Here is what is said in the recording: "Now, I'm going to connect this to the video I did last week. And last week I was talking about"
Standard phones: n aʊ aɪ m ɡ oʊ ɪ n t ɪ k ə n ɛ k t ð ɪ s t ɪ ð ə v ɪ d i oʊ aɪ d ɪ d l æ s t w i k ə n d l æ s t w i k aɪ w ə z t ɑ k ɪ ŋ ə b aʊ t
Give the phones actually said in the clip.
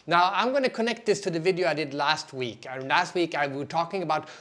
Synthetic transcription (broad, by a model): n aʊ aɪ m ɡ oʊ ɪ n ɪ k ə n ɛ k t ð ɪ s t ɪ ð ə v ɪ d i oʊ aɪ d ɪ d l æ s t w i k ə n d l æ s t w i k aɪ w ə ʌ t ɑ k ɪ ŋ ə b aʊ t